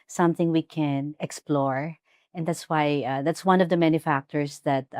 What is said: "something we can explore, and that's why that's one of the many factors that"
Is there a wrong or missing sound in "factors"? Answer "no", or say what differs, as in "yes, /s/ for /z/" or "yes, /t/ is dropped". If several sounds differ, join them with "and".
yes, /s/ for /z/